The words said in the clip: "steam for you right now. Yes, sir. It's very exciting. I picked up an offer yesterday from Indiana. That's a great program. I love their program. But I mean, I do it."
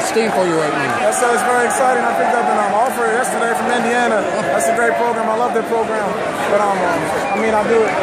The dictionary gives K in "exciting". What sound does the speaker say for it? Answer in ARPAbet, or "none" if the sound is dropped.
K